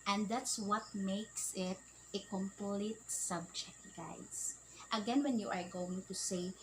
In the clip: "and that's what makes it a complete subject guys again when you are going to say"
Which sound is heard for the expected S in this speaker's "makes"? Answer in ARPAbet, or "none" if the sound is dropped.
S